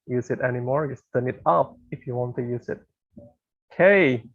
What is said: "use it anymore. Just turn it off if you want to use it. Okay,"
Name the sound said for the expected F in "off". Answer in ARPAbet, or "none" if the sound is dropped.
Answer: P